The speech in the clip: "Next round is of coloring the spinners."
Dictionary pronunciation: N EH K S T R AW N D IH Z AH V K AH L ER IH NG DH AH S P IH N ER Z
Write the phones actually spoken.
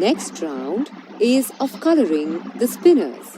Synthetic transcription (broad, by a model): N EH K S T R AW N D IH Z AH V K AH L ER IH NG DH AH S P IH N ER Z